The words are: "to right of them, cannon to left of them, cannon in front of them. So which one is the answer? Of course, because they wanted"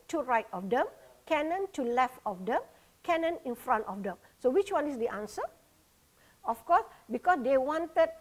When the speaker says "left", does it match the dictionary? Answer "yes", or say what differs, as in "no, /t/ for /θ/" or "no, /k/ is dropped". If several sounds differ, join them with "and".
yes